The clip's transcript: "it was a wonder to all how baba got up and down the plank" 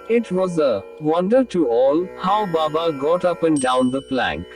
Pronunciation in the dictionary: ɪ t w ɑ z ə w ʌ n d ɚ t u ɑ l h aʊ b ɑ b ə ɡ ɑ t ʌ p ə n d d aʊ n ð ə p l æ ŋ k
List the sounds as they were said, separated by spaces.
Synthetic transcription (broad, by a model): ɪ t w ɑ z ə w ʌ n d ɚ t u ɑ l h aʊ b ɑ b ə ɡ ɑ t ʌ p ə n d d aʊ n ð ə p l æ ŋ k